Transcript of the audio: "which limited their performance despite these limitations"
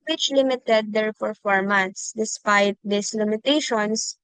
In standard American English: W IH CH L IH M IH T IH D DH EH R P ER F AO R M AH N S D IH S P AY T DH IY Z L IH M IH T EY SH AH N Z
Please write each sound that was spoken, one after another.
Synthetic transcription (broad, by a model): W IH CH L IH M IH T IH D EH R F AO F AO R M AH N S D IH S P AY T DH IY S L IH M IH T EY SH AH N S